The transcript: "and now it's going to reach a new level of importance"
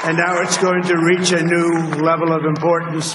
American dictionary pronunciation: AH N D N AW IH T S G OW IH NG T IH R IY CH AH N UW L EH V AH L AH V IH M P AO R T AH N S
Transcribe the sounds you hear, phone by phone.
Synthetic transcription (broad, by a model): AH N N AW IH T S G OW IH NG T IH R IY CH AH N UW L EH V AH L AH V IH M P AO R T N S